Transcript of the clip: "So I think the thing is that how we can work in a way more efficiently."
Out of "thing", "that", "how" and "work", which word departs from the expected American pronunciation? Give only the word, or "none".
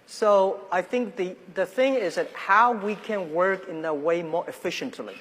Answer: none